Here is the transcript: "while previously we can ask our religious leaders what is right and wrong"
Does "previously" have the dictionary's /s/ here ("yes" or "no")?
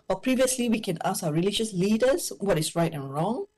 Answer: yes